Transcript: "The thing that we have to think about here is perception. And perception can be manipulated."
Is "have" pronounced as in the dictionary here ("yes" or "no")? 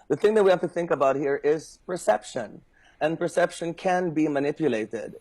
no